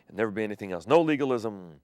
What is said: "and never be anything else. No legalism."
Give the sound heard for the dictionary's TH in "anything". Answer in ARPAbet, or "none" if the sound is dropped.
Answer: TH